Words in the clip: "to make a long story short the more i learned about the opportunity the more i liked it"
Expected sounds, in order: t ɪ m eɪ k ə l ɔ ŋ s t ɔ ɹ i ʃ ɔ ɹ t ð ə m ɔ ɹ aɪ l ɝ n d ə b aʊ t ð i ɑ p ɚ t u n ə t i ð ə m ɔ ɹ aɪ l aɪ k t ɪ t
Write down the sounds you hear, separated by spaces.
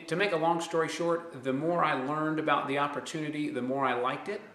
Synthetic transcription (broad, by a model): t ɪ m eɪ k ə l ɔ ŋ s t ɔ ɹ i ʃ ɔ ɹ t ð ə m ɔ ɹ aɪ l ɝ n d ə b aʊ t ð i ɑ p ɚ t u n ə t i ð ə m ɔ ɹ aɪ l aɪ k t ɪ t